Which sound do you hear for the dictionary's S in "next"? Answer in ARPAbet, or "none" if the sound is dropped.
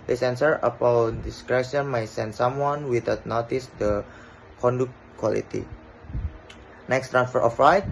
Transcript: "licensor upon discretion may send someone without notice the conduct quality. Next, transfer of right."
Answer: S